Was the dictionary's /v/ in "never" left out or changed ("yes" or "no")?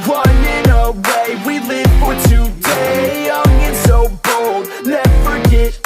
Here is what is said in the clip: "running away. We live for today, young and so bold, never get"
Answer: yes